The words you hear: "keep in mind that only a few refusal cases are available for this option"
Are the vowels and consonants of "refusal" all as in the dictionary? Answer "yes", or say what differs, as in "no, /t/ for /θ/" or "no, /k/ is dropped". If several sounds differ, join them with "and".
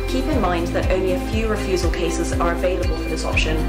yes